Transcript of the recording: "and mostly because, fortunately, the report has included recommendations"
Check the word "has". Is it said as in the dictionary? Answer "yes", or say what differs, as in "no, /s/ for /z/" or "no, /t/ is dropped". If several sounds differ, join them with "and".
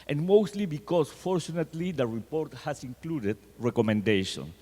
no, /s/ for /z/